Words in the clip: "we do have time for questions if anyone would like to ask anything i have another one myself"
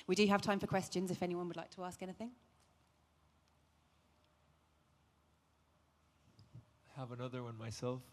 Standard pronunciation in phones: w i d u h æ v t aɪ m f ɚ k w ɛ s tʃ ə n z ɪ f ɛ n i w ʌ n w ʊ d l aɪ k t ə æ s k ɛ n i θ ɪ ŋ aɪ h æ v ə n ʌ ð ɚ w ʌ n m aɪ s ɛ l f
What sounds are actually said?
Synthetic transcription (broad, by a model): w i d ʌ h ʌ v t aɪ m f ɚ k w ɛ s tʃ ə n z ɪ f ɛ n i w ʌ n w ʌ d l aɪ k t ə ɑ s k ɛ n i θ ɪ ŋ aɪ h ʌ v ə n ʌ ð ɚ w ʌ n m aɪ s ɛ l f